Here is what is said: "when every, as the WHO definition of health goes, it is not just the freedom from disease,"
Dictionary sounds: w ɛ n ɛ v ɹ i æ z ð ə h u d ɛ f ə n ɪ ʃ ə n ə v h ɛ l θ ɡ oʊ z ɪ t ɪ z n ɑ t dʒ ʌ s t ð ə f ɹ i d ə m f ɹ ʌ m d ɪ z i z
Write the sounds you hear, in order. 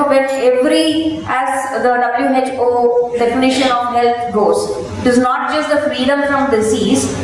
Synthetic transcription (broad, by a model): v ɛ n ɛ v ɹ i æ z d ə h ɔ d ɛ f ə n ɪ ʃ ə n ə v h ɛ l t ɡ oʊ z ɪ t ɪ z n ɑ t dʒ ʌ s t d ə f ɹ i d ə m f ɹ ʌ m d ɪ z i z